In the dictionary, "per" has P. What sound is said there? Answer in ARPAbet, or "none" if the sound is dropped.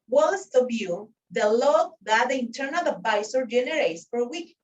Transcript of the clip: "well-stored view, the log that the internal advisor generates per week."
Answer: F